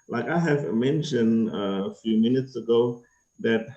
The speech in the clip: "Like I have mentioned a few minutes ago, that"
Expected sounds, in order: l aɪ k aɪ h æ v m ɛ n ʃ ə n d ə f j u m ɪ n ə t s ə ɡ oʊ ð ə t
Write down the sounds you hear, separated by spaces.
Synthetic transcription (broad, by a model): l aɪ k aɪ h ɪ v m ɛ n ʃ ə n d ə f j u m ɪ n ə t s ə ɡ oʊ ð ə t